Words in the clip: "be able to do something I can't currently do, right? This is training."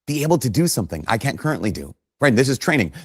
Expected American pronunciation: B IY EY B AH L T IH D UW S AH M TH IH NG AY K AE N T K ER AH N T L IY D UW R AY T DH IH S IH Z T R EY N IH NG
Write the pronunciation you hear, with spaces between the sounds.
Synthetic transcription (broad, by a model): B IY EY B L T IH D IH S AH M TH IH NG AY K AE N K ER AH N T L IY D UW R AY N DH IH S IH Z T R EY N IH NG